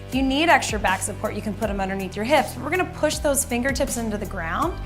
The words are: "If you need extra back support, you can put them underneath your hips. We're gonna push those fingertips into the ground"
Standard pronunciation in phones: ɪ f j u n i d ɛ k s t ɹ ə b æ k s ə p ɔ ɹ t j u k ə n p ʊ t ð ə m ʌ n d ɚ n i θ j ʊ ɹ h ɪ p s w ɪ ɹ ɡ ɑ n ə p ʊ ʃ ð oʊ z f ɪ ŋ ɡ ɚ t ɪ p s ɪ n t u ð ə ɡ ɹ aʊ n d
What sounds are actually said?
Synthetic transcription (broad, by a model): j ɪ n i d ɛ k s t ɹ ə b æ k s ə p ɔ ɹ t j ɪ k ə n p ʊ t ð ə m ʌ n d ɚ n i θ j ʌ ɹ h ɪ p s w ɪ ɹ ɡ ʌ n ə p ʊ ʃ ð oʊ z f ɪ ŋ ɡ ɚ t ɪ p s ɪ n t u ð ə ɡ ɹ aʊ n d